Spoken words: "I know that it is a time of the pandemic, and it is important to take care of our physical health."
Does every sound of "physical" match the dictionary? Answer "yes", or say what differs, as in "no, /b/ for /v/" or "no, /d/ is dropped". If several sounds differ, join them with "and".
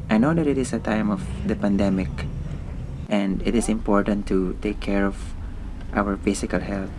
no, /s/ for /z/